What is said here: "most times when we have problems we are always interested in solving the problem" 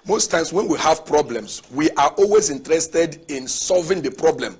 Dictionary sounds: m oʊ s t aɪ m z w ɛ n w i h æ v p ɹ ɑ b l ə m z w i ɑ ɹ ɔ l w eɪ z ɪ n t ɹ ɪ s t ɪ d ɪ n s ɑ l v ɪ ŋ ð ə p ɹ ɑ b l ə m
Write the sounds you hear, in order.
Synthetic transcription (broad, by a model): m oʊ s t aɪ m s w ɛ n w i h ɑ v p ɹ ɑ b l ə m s w i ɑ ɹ ɔ l w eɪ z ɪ n t ɹ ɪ s t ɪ d ɪ n s ɑ l v ɪ ŋ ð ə p ɹ ɑ b l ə m